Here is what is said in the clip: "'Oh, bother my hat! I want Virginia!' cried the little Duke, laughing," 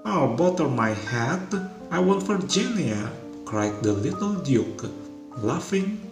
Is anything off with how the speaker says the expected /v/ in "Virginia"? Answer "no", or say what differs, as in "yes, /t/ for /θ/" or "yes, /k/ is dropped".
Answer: yes, /f/ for /v/